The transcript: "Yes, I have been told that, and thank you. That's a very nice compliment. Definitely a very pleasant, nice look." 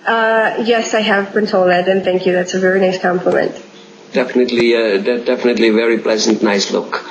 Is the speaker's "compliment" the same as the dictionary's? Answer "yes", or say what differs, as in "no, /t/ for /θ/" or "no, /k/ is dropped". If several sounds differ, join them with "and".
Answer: yes